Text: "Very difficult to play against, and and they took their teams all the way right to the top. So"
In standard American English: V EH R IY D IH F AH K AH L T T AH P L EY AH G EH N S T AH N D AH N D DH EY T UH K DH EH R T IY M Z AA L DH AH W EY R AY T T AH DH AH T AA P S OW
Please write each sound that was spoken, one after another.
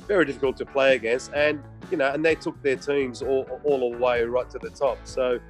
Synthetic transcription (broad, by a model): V EH R IY D IH F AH K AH L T T AH P L EY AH G EH S AH N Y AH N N DH EY T UH K DH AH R T IY M Z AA L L AH W EY R AY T T AH DH AH T AA P S OW